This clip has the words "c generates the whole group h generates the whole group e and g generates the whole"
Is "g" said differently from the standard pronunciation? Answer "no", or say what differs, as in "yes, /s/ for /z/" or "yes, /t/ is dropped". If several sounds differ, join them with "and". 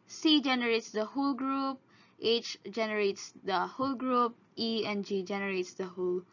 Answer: no